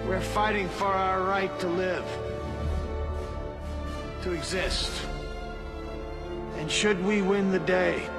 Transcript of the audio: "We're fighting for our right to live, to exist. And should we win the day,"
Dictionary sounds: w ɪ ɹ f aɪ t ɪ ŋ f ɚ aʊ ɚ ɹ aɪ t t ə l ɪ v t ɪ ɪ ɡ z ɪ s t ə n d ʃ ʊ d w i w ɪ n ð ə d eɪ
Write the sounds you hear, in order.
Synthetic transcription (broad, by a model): w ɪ ɹ f aɪ t ɪ ŋ f ɚ aʊ ɚ ɹ aɪ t t ə l ɪ v t ɪ ɪ ɡ z ɪ s t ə n ʃ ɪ d w i w ɪ n ð ə d eɪ